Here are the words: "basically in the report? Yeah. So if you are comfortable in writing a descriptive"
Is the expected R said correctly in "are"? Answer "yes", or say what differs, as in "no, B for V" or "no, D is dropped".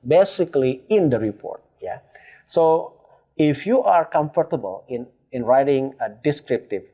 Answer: yes